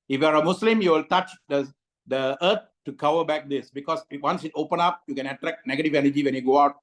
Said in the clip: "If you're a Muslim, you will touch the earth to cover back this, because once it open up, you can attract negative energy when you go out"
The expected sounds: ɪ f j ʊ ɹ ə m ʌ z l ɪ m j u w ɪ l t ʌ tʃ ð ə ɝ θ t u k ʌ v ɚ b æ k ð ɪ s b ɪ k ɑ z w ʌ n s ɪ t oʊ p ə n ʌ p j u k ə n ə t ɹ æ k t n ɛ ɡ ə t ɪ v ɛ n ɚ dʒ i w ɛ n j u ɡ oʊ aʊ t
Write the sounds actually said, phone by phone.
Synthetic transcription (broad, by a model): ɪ f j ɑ ɹ ə m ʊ s l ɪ m j u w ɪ l t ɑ tʃ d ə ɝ t t u k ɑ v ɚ b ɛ k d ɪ s b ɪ k ɑ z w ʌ n s ɪ t oʊ p ə n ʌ p j u k ə n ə t ɹ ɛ k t n ɛ ɡ ə t ɪ v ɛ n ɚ dʒ i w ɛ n j u ɡ oʊ aʊ t